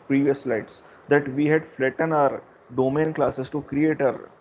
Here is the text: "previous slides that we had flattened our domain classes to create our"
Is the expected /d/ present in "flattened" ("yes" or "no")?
no